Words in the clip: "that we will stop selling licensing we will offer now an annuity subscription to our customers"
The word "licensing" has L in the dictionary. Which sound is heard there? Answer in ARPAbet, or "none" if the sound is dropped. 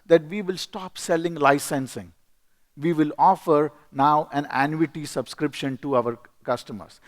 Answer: L